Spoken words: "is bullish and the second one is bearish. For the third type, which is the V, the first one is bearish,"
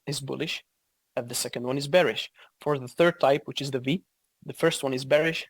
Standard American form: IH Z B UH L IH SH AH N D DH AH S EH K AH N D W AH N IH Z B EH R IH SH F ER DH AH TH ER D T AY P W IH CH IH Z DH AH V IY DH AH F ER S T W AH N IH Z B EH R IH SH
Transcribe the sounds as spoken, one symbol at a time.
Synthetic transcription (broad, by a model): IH Z B UH L IH SH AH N DH AH S EH K AH N D W AH N IH Z B EH R IH SH F ER DH AH TH ER D T AY P W IH CH IH Z DH AH V IY DH AH F ER S T W AH N IH Z B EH R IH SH